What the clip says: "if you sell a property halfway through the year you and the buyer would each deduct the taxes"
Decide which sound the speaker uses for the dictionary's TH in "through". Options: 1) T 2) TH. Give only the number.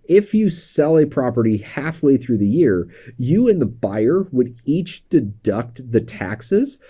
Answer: 2